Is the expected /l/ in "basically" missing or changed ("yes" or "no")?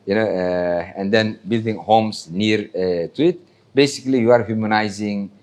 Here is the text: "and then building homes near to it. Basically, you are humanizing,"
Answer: no